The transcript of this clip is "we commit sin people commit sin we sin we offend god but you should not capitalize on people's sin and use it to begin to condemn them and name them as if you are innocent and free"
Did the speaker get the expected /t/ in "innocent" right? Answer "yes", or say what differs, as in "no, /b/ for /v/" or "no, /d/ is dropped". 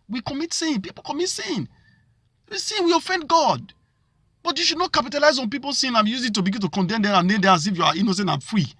no, /t/ is dropped